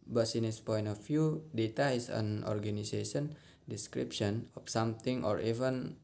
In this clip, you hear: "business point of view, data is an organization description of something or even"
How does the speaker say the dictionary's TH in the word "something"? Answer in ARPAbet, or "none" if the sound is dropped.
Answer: T